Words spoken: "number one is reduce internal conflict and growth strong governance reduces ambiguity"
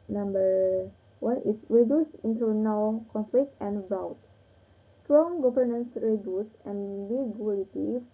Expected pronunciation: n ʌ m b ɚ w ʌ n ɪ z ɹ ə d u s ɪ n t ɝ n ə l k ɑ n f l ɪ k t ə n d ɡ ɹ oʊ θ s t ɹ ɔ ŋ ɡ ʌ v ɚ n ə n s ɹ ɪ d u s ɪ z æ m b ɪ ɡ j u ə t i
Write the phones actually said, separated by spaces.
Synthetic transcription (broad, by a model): n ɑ m b ɚ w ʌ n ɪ s ɹ ə d u s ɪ n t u n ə w k ɑ n f l ɪ k t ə n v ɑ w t s t ɹ ɔ ŋ ɡ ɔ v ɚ n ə n s ɹ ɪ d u s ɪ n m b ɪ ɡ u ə t i